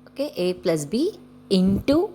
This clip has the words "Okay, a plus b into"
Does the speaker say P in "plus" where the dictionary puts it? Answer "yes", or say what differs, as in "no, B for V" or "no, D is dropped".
yes